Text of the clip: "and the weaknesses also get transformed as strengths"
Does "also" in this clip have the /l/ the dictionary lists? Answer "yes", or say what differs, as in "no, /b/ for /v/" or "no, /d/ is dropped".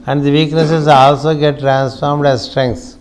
yes